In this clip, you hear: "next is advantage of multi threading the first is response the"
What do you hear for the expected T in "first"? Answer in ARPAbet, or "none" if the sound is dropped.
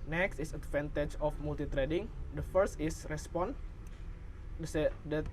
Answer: T